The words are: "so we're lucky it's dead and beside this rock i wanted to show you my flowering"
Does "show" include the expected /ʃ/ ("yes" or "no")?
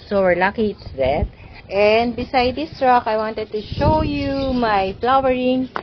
yes